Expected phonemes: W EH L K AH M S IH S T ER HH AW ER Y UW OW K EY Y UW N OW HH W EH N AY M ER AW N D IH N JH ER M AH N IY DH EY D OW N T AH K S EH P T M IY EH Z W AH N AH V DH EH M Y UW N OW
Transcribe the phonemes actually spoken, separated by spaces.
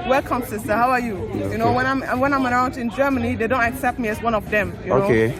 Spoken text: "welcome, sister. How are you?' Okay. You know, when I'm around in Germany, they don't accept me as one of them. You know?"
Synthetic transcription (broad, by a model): W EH L K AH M S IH S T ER HH AW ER Y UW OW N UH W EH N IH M W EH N AY M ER AW N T IH N JH ER M AH N IY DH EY D OW N T AH K S EH P T M IY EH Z W AH N AH V DH EH M Y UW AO OW